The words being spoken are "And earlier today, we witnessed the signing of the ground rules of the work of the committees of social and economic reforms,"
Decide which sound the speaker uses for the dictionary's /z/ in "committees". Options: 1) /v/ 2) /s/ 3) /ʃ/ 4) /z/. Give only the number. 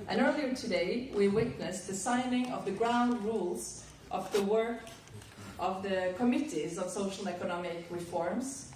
4